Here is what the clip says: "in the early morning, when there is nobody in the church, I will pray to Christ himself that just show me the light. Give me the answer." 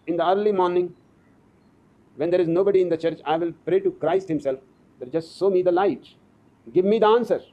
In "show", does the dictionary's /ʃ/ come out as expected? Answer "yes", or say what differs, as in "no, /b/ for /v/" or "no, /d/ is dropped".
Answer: no, /s/ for /ʃ/